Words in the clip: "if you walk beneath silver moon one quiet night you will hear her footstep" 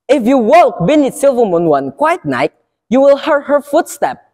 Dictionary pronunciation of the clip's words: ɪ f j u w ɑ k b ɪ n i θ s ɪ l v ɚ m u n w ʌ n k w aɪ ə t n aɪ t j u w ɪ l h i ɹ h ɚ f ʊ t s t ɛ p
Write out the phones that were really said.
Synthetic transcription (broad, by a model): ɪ f j u w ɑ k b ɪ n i t s ɪ l v ɚ m u n w ʌ n k w aɪ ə t n aɪ t j u w ɪ l h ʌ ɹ h ɚ f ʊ t s t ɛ p